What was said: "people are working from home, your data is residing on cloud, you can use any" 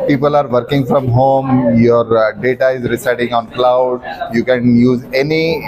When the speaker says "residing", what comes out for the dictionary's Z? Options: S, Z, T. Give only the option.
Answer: S